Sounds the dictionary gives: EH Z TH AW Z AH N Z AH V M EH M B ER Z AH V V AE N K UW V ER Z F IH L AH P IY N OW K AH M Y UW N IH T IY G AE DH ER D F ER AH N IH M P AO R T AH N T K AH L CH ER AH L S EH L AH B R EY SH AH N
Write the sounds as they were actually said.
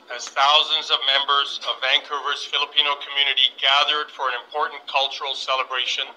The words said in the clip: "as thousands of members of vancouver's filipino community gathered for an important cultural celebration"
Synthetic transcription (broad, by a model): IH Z TH AW Z AH N Z AH V M EH M B ER Z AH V V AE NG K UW V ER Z F IH L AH P IY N OW K AH M Y UW N IH T IY G AE DH ER D F ER AH N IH M P AO R T N K AH L CH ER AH L S EH L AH B R EY SH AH N